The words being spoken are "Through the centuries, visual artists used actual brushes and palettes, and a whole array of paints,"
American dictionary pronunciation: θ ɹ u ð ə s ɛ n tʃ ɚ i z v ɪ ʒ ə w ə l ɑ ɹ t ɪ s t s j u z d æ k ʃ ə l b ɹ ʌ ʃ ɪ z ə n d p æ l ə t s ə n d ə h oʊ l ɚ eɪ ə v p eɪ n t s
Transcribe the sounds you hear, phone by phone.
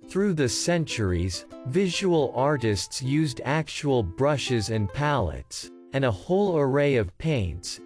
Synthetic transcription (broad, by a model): θ ɹ u ð ə s ɛ n tʃ ɚ i z v ɪ ʒ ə w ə l ɑ ɹ t ɪ s t s j u z d æ k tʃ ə l b ɹ ʌ ʃ ɪ z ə n p æ l ə t s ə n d ə h oʊ l ɚ eɪ ə v p eɪ n t s